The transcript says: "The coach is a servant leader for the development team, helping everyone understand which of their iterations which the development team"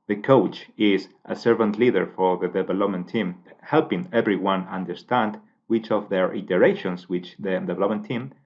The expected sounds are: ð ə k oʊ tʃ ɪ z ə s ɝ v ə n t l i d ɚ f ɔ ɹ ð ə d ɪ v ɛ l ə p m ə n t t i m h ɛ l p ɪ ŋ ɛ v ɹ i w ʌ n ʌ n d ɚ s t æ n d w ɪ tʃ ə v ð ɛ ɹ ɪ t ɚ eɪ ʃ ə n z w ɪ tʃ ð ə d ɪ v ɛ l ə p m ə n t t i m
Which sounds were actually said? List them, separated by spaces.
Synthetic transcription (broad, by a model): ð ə k oʊ tʃ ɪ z ə s ɝ v ə n t l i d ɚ f ɔ ɹ ð ə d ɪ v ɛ l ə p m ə n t t i m h ɛ l p ɪ ŋ ɛ v ɹ i w ʌ n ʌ n d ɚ s t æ n d w ɪ tʃ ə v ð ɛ ɹ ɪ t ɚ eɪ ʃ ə n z w ɪ tʃ ð ə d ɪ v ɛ l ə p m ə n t t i m